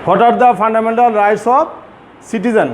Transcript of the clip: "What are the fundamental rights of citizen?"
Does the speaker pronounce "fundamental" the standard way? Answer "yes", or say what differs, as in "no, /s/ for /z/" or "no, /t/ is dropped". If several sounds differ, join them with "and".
no, /p/ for /f/